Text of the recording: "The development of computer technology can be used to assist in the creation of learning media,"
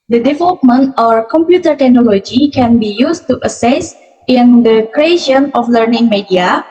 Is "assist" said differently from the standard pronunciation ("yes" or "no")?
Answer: yes